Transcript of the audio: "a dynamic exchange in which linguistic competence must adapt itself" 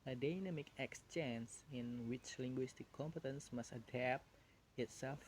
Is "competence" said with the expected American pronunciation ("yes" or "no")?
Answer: yes